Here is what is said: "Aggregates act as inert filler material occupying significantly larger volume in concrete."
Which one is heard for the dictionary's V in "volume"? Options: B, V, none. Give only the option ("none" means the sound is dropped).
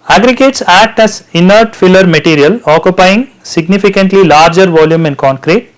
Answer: V